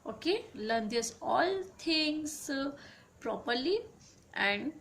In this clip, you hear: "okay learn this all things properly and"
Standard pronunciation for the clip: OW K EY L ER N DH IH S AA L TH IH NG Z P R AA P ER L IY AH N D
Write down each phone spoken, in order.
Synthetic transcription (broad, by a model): OW K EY L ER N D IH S AA L T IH NG S P R AA P ER L IY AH N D